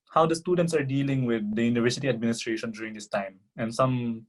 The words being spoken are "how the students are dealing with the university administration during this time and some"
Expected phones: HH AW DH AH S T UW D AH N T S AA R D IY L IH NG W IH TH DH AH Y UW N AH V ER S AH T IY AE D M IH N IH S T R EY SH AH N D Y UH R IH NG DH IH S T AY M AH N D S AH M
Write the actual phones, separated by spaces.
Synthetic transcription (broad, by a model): HH AW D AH S T UW D AH N T S AA R D IY L IH NG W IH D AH Y UW N AH V ER S AH T IY AE D M IH N IH S T R EY SH AH N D Y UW R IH NG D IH S T AY M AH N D S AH M